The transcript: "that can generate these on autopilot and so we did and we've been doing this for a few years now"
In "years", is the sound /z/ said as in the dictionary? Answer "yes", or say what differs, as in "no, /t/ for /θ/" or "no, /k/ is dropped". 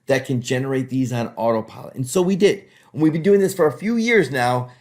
yes